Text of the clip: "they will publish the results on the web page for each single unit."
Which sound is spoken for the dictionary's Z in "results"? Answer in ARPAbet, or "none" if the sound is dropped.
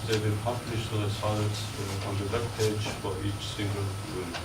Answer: S